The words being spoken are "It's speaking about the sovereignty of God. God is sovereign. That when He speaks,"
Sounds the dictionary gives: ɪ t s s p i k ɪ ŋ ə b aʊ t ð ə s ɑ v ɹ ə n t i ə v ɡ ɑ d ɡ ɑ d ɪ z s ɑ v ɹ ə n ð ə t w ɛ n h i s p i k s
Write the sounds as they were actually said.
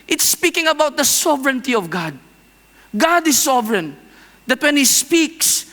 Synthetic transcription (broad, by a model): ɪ t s s p i k ɪ ŋ ə b aʊ t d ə s ɑ v ɹ ə n t i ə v ɡ ɑ d ɡ ɑ d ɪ s ɑ v ɹ ə n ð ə t w ɛ n h i s p i k s